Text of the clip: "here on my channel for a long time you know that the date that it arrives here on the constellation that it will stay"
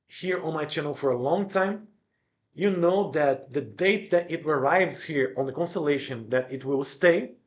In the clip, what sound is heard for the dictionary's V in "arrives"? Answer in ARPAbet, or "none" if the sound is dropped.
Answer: V